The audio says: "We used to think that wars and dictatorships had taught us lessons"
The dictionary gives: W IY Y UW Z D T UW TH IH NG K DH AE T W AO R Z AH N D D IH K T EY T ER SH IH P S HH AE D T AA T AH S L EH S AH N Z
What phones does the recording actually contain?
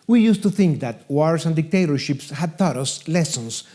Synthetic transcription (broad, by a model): W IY Y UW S T UW TH IH NG K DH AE T W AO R S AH N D D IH K T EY T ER SH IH P S HH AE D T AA T AH S L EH S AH N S